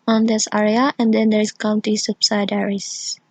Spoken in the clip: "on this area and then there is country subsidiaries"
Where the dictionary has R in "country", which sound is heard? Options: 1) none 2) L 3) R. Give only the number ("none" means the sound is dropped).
1